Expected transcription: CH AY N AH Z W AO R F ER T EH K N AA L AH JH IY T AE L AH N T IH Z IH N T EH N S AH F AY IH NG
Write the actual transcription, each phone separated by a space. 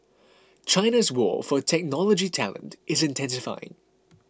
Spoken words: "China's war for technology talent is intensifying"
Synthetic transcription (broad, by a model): CH AY N AH Z W AO F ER T EH K N AA L AH JH IY T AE L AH N T IH Z IH N T EH N S AH F AY IH NG